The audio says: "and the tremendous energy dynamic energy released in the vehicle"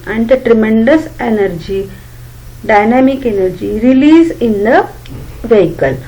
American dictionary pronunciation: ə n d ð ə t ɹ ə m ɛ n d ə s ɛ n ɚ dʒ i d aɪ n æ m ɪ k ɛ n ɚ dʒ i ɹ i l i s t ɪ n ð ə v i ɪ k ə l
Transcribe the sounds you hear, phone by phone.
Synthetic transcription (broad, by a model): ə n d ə t ɹ ə m ɛ n d ə s ɛ n ɚ dʒ i d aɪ n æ m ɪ k ɛ n ɚ dʒ i ɹ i l i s ɪ n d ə v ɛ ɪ k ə l